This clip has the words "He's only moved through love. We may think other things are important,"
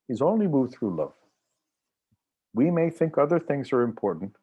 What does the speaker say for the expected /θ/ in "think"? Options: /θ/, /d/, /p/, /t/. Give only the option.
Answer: /θ/